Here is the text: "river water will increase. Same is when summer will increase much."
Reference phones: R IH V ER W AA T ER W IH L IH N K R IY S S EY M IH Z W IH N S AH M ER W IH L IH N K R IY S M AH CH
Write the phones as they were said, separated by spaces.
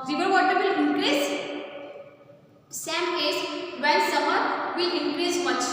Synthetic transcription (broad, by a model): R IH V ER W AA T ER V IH L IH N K R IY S S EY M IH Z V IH L S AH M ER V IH L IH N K R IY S M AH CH